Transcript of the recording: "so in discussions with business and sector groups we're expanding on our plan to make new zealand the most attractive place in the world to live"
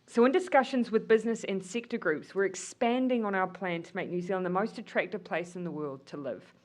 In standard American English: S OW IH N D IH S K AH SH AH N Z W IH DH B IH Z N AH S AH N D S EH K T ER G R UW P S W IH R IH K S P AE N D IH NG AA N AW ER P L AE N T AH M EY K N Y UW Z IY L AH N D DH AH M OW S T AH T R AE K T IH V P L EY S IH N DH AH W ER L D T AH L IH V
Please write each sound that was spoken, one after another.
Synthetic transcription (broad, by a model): S OW IH N D IH S K AH SH AH N Z W IH DH B IH Z N AH S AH N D S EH K T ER G R UW P S W IH R IH K S P AE N D IH NG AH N AW ER P L AE N T AH M EY K N Y UW Z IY L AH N DH AH M OW S T AH T R AE K T IH V P L EY S IH N DH AH W ER L D T AH L IH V